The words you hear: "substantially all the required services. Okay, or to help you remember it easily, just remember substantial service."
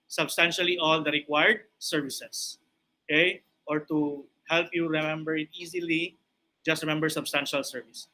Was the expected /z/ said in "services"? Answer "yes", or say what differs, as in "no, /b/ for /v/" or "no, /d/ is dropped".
no, /s/ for /z/